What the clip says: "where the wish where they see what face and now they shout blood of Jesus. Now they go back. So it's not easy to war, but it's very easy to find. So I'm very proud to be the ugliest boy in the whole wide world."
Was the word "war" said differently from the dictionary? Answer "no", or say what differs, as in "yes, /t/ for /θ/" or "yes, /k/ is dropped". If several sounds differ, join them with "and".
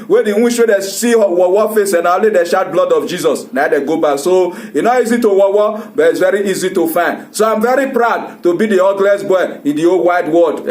yes, /w/ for /ɹ/